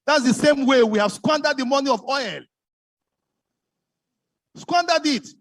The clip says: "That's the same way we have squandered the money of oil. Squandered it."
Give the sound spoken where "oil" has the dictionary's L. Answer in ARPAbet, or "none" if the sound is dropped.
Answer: L